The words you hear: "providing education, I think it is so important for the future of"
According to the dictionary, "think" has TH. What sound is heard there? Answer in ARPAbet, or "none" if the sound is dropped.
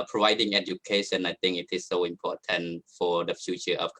T